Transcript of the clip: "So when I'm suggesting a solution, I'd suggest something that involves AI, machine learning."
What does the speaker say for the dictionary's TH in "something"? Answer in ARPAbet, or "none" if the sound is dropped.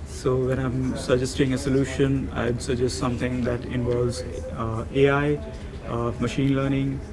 T